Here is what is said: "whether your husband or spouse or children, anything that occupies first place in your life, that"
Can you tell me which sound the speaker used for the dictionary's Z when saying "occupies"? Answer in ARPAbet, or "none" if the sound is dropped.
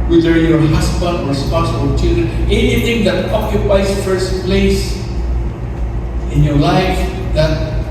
S